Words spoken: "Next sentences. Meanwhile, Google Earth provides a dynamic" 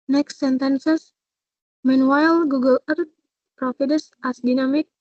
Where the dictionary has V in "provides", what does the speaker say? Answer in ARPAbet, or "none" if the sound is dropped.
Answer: F